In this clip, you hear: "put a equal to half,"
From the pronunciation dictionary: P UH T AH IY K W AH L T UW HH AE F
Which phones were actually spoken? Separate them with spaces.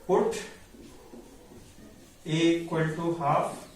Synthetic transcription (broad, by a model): P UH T AH K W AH N T UW HH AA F